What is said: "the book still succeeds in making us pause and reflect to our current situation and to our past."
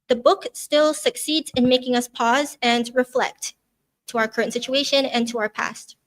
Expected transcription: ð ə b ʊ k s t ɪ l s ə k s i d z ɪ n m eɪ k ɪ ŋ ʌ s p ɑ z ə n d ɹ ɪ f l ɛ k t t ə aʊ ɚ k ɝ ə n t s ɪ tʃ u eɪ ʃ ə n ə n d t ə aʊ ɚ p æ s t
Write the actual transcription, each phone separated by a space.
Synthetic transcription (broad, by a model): ð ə b ʊ k s t ɪ l s ə k s i d z ɪ n m eɪ k ɪ ŋ ʌ s p ɑ z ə n ɹ ɪ f l ɛ k t t ə aʊ ɚ k ɝ ə n t s ɪ tʃ u eɪ ʃ ə n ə n t ə aʊ ɚ p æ s t